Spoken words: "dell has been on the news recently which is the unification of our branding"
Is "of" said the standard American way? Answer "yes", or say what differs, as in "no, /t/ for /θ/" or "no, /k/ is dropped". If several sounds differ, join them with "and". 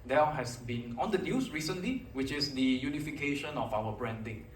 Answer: no, /f/ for /v/